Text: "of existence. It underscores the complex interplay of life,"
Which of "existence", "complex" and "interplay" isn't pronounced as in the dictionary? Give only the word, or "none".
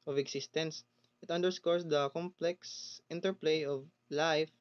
existence